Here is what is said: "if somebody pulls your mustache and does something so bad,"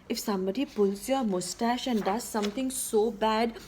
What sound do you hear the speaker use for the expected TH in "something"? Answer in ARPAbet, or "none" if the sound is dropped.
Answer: T